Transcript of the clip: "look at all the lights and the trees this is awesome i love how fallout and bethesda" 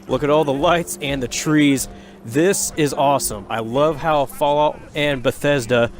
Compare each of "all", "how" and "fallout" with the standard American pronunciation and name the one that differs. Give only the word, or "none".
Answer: fallout